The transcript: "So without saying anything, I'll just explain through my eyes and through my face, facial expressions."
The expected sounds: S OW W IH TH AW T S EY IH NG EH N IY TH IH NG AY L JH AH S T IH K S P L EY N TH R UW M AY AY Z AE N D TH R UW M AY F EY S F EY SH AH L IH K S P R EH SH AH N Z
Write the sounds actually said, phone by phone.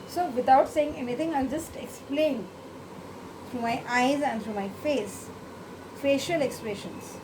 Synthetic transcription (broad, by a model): S OW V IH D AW T S EY IH NG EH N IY T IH NG AY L JH AH S T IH K S P L EY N T R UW M AY AY Z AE N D T R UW M AY F EY S F EY SH AH L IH K S P R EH SH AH N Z